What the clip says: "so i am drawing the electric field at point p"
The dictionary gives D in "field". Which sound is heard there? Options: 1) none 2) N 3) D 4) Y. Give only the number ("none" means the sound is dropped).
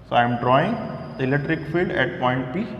3